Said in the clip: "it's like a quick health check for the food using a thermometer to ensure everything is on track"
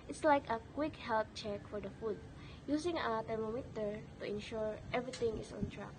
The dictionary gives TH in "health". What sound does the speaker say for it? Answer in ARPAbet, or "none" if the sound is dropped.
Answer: T